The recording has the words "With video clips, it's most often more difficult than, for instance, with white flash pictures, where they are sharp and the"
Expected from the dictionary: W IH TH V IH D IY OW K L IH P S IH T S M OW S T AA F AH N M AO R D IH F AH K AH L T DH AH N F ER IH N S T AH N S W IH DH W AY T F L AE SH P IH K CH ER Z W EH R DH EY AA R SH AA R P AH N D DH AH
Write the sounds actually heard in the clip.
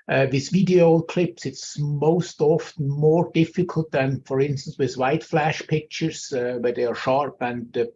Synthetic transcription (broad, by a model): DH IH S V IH D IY OW K L IH P S IH T S M OW S T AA F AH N M AO R D IH F AH K AH L T DH AH N F ER IH N S T AH N S W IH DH W AY T F L AE SH P IH K CH ER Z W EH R DH EY AA R SH AA R P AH N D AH